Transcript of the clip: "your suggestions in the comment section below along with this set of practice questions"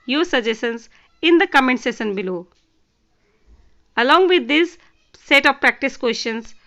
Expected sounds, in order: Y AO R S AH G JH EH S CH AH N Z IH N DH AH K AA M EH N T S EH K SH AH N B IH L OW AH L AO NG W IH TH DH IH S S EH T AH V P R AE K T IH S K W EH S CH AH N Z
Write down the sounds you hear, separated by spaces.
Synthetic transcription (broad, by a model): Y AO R S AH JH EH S AH N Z IH N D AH K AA M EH N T S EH SH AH N B IH L OW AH L AO NG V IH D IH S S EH T AH V P R AE K T IH S K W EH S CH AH N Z